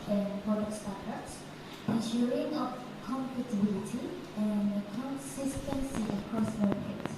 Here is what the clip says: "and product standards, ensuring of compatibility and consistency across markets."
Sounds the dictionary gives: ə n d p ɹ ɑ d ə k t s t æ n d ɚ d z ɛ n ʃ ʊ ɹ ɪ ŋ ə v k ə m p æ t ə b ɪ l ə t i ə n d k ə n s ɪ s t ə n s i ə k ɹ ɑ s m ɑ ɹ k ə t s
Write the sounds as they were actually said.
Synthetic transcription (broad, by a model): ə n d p ɑ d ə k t s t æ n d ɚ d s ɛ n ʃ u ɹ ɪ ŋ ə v k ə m p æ t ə b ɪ l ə t i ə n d k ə n s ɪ s t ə n s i ə k ɹ ɑ s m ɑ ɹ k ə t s